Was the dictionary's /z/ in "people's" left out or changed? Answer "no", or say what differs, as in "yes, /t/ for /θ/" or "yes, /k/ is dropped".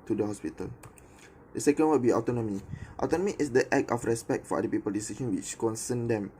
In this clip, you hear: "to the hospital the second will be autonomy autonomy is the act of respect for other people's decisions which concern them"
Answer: yes, /z/ is dropped